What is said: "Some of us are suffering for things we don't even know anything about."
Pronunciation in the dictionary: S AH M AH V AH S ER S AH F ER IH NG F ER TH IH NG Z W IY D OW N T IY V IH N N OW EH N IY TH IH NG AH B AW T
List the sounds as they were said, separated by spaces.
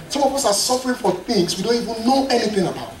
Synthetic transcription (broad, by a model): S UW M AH P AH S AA S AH F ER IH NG F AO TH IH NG S W IY D OW N T IY V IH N N OW EH N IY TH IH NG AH B AW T